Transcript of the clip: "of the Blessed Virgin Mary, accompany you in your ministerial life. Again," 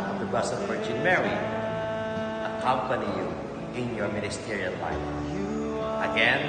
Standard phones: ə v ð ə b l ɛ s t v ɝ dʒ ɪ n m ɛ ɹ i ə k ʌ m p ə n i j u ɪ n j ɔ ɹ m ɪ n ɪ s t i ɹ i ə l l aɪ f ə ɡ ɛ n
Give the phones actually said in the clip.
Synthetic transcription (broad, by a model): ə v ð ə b ʌ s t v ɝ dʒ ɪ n m ɛ ɹ i ə k ʌ m p ə n i j u ɪ n j ɔ ɹ m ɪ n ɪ s t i ɹ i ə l l aɪ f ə ɡ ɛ n